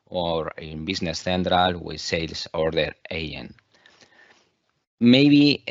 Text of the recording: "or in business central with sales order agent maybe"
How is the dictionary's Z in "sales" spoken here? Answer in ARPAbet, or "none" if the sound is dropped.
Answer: S